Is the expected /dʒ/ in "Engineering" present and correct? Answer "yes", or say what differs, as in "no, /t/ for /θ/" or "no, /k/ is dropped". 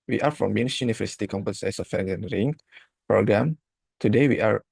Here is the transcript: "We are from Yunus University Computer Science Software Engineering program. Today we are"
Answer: no, /dʒ/ is dropped